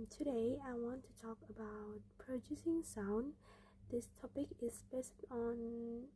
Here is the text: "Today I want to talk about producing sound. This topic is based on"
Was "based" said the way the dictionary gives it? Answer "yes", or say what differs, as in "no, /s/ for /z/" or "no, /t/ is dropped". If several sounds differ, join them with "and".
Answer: yes